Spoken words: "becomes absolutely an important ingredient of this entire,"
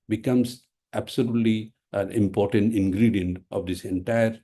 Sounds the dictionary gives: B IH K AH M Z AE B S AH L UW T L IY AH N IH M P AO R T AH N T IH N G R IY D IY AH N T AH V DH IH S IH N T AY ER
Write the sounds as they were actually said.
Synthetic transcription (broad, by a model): B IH K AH M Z AE B S AH L UW T L IY AH N IH M P AO R T AH N T IH N G R IY D IY AH N T AH V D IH S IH N T AY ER